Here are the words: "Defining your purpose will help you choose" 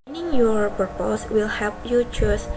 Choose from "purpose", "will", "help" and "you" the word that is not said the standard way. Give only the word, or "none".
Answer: help